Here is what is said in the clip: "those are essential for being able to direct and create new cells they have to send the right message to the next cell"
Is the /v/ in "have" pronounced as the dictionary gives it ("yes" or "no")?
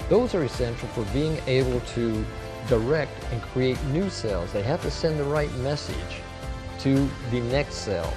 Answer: no